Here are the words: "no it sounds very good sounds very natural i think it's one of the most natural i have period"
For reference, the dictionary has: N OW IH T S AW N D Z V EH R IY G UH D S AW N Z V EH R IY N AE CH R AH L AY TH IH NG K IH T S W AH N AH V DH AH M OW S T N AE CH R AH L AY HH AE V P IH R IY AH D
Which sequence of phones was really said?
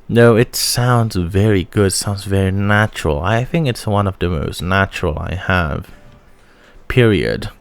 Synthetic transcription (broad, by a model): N OW IH T S AW N D Z V EH R IY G UH D S AW N Z V EH R IY N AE CH R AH L AY TH IH NG K IH T S W AH N AH V DH AH M OW S T N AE CH R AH L AY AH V P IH R IY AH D